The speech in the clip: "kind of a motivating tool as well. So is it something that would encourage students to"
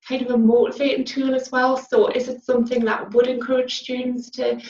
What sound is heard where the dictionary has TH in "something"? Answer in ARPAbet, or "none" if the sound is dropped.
TH